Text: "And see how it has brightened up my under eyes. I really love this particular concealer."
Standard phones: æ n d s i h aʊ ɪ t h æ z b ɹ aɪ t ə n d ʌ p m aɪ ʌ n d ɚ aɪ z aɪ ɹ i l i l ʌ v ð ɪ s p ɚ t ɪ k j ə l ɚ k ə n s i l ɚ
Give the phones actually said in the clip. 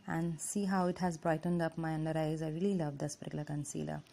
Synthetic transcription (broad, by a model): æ n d s i h aʊ ɪ t h æ z b ɹ aɪ t ə n d ʌ p m aɪ ʌ n d ɚ aɪ z aɪ ɹ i l i l ʌ v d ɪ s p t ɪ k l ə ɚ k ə n s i l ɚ